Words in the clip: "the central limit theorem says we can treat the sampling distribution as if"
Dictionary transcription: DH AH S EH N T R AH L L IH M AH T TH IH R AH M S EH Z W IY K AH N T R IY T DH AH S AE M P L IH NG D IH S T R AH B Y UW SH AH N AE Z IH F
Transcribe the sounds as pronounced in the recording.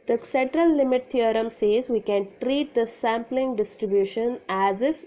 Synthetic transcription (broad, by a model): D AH S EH N T R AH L L IH M AH T T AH R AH M S EH Z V IY K AH N T R IY T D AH S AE M P L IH NG D IH S T R AH B Y UW SH AH N AE Z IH F